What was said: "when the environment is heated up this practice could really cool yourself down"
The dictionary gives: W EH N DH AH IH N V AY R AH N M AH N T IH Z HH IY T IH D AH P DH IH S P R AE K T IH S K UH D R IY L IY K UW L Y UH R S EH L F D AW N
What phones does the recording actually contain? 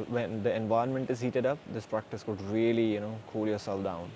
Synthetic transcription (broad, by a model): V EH N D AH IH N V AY AH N M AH N T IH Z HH IY T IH D AH P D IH S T R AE K T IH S K UH D R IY L IY K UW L Y UH R S EH L F D AW N